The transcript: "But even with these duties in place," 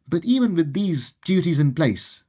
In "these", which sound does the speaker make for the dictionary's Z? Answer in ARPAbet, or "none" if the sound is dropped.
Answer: Z